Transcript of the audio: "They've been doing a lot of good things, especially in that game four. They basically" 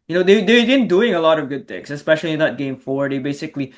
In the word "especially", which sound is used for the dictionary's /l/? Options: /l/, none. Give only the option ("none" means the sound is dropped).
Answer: /l/